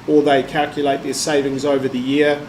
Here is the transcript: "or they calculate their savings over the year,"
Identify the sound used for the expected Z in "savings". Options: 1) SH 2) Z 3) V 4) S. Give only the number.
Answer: 2